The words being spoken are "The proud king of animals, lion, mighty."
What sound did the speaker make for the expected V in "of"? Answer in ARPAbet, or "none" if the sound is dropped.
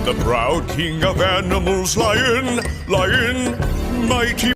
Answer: V